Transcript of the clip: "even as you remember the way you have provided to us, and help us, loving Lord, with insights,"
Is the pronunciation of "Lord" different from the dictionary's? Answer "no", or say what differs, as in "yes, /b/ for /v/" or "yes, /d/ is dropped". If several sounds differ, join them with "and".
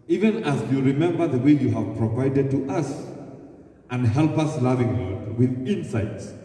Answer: yes, /w/ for /l/